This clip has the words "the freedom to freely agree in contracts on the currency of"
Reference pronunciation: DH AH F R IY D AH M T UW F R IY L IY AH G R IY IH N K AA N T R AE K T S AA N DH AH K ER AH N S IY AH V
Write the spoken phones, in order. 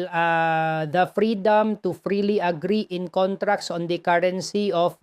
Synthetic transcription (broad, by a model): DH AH F R IY D AH M T UW F R IY L IY AH G R IY IH N K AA N T R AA K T S AA N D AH K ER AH N S IY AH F